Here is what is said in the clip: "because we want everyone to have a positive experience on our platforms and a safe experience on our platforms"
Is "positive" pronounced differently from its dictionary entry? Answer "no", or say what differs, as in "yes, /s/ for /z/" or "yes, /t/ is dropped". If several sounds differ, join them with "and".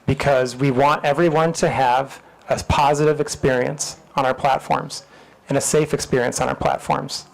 no